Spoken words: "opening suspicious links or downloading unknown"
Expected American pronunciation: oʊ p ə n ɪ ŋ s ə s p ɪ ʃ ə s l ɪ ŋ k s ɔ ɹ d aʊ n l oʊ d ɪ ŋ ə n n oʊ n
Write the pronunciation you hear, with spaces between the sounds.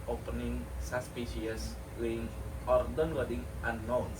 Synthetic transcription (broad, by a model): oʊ p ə n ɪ ŋ s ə s p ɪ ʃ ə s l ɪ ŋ ɔ ɹ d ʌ n w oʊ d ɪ ŋ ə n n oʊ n